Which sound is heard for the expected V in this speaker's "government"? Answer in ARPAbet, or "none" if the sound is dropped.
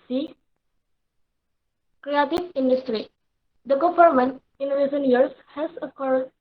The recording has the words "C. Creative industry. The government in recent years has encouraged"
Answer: F